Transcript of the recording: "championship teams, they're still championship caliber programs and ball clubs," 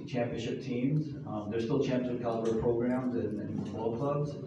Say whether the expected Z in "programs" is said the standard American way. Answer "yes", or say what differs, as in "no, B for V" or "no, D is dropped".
yes